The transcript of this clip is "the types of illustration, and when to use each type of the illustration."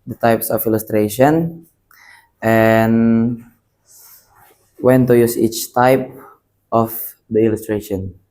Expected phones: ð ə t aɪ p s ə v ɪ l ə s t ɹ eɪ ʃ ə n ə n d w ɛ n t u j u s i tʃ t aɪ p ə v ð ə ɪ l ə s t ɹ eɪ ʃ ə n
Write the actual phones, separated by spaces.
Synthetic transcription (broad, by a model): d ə t aɪ p s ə f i l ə s t ɹ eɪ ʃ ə n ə n w ɛ n t u j u s i tʃ t aɪ p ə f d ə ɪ l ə s t ɹ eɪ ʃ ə n